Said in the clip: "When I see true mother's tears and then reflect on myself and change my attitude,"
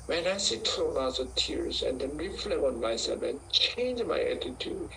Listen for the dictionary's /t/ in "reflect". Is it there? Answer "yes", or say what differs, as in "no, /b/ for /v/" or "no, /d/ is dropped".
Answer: no, /t/ is dropped